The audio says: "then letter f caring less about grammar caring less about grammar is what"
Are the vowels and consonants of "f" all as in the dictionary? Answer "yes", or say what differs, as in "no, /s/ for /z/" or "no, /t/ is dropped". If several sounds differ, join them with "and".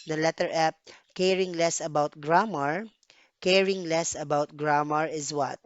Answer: no, /p/ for /f/